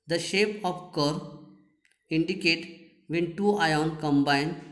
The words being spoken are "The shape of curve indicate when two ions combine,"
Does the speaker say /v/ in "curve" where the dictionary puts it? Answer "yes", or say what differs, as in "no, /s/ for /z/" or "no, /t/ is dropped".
no, /v/ is dropped